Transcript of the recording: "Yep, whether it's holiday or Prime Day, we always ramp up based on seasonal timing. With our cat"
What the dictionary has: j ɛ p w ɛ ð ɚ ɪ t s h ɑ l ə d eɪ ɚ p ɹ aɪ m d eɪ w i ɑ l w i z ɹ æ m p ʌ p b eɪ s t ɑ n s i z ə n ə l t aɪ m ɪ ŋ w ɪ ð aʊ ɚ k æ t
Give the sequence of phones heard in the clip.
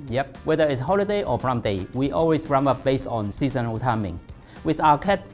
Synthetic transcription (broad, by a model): j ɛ p w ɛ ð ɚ ɪ t s h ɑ l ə d eɪ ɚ b ɹ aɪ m d eɪ w i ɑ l w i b ɹ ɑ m ʌ p b eɪ s t ɑ n s i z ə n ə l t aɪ m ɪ ŋ w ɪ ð aʊ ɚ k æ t